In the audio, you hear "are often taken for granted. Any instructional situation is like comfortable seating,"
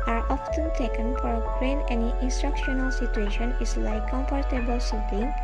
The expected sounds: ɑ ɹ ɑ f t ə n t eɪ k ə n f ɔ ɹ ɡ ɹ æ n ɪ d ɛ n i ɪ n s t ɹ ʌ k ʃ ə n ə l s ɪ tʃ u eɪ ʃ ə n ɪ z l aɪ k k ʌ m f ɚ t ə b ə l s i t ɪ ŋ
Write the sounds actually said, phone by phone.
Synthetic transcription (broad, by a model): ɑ ɹ ɑ f t ə n t eɪ k ə n f ɔ ɹ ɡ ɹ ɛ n ɛ n i ɪ n s t ɹ ʌ k ʃ ə n ə l s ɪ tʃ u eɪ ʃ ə n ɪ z l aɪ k k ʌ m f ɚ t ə b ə l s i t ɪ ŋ